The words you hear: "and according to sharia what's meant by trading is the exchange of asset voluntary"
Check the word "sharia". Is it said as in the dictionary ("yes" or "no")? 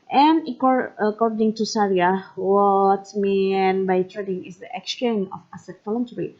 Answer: no